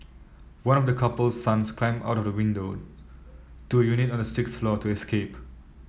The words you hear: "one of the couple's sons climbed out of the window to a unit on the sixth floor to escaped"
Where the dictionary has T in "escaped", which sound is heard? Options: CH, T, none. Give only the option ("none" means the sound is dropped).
none